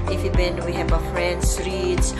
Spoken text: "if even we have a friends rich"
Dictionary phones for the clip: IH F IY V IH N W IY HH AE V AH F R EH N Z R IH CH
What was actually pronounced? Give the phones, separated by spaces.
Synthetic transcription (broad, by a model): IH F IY B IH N W IY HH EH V AH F R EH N S R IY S